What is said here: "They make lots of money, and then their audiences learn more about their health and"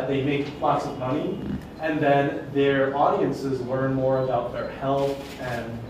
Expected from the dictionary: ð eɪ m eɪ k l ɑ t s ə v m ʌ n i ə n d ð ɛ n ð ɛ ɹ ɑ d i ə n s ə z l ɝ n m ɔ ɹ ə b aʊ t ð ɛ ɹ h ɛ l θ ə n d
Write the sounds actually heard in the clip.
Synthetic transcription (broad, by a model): ð eɪ m eɪ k l ɑ t s ə v m ʌ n i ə n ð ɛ n ð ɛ ɹ ɑ d i ə n s ə z l ɝ n m ɔ ɹ ə b aʊ t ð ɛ ɹ h ɛ l θ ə n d